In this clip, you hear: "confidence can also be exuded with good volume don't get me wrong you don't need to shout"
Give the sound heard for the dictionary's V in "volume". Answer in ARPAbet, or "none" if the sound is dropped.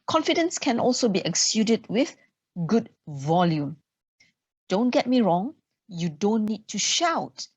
V